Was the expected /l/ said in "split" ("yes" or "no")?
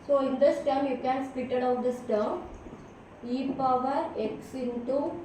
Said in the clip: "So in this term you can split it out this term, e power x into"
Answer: no